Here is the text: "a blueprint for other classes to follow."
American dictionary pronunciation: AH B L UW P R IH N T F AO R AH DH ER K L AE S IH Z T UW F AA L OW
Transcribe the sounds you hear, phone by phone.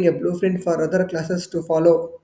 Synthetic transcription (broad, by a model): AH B L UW F R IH N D F AO R AH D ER K L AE S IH S T UW F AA L OW